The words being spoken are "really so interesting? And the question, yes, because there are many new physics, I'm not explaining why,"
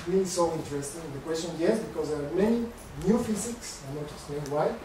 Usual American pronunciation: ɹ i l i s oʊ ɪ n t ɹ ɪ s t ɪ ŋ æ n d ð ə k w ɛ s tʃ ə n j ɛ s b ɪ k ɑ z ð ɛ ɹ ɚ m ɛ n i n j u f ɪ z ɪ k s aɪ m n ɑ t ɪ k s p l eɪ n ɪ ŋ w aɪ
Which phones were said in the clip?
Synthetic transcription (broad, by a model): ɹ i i s oʊ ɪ n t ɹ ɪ s t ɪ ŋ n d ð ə k w ɛ s tʃ ə n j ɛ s b ɪ k ɑ z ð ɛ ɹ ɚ m ɛ n i n j u f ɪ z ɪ k s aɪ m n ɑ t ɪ s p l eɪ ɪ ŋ w aɪ